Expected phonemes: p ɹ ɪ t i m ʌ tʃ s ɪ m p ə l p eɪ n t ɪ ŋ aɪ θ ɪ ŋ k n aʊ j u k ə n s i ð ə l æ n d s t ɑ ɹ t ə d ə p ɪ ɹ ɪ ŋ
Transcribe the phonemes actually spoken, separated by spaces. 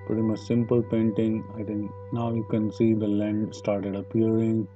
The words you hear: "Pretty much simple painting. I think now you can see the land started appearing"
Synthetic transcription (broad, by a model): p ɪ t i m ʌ s s ɪ m p ə l p eɪ n t ɪ ŋ aɪ t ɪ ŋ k n aʊ j u k ə n s i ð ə l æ n d s t ɑ ɹ t ə d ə p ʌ ɹ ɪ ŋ